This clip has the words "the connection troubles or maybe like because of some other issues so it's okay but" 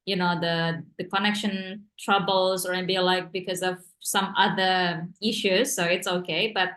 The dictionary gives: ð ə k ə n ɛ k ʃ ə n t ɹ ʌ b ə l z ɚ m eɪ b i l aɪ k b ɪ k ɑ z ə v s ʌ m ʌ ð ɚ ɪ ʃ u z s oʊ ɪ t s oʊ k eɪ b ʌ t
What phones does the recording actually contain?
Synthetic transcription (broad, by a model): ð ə k ə n ɛ k ʃ ə n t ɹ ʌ b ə l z ɚ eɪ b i l aɪ k b ɪ k ɑ z ə v s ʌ m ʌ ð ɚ ɪ ʃ u z s oʊ ɪ t s oʊ k eɪ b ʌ t